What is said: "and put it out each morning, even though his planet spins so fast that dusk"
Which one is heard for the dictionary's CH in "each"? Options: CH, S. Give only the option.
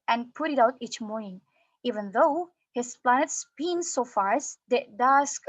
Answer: CH